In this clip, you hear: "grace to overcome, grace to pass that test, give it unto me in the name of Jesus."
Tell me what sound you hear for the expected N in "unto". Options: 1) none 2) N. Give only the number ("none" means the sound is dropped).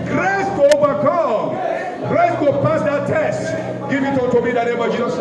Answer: 1